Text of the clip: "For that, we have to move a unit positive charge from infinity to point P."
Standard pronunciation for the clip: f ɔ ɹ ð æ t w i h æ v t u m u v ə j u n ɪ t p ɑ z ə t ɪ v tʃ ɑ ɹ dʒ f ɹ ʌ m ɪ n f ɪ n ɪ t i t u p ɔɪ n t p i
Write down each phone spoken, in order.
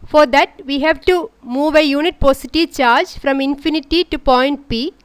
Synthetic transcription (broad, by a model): f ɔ ɹ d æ t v i h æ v t u m u v ə j u n ɪ t p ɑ s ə t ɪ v tʃ ɑ ɹ dʒ f ɹ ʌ m ɪ n f ɪ n ɪ t i t u p ɔɪ n t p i